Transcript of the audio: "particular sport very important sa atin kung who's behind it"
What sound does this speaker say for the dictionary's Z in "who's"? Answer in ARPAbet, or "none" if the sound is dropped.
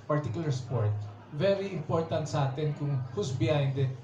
S